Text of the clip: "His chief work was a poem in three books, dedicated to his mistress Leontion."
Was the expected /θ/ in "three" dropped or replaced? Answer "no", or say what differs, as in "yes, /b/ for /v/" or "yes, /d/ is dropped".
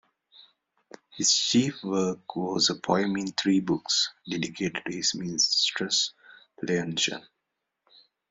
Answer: yes, /t/ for /θ/